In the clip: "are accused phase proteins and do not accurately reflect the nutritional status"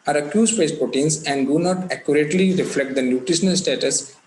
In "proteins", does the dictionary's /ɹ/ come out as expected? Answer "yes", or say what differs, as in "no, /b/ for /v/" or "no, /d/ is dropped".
no, /ɹ/ is dropped